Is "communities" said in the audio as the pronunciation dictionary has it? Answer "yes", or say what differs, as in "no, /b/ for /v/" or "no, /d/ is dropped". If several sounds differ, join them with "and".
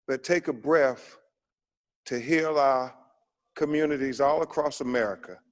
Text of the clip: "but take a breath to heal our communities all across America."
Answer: yes